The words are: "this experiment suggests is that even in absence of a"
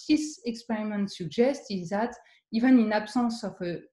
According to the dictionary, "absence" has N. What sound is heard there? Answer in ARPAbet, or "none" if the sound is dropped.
none